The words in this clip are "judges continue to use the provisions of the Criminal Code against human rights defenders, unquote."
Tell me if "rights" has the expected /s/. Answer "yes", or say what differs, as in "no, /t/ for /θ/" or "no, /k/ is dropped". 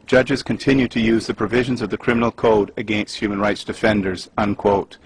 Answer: yes